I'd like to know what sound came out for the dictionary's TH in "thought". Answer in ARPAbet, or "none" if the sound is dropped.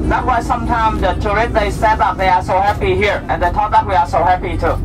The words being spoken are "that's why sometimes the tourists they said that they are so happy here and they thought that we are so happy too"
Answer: T